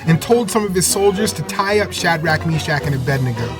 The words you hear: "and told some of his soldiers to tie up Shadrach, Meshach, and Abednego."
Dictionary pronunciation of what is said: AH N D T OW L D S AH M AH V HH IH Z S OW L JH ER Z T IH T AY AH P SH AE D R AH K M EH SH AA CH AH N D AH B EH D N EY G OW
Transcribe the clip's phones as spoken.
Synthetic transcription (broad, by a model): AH N T OW L D S AH M AH V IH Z S OW L JH ER Z T IH T AY AH P SH AE D R AH K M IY SH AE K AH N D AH B EH D N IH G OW